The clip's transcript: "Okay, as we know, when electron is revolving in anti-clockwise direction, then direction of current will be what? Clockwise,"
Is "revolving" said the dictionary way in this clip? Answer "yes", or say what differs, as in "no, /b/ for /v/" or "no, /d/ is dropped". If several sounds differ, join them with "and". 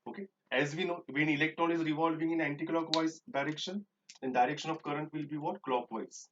yes